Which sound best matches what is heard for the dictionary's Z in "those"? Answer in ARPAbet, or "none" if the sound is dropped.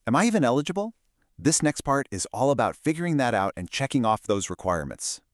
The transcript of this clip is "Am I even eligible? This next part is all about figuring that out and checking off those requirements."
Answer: Z